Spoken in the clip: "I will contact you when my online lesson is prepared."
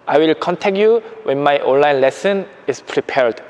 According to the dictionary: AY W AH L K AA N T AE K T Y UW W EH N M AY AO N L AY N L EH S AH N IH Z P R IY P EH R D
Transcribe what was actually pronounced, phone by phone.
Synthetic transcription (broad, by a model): AY W AH L K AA N T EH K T Y UW W EH N M AY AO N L AY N L EH S AH N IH S P R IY P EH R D